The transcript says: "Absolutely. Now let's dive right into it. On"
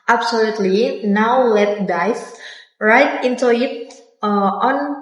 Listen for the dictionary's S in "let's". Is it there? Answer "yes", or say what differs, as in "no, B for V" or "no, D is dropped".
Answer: no, S is dropped